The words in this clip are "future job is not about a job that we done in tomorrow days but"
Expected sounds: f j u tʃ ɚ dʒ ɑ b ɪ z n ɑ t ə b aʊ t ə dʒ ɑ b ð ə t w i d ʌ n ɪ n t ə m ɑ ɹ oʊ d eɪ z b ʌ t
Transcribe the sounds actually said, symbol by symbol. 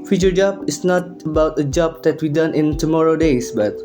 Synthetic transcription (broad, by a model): f j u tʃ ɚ dʒ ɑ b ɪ s n ɑ t ə b aʊ t ə dʒ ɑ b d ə t w i d ʌ n ɪ n t ə m ɑ ɹ oʊ d eɪ s b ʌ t